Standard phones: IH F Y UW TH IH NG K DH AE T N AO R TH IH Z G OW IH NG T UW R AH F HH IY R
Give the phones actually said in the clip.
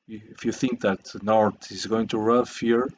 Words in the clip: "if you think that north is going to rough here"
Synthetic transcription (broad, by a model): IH F Y UW TH IH NG K DH AE T N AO R T IH Z G OW IH NG T UW R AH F HH IY R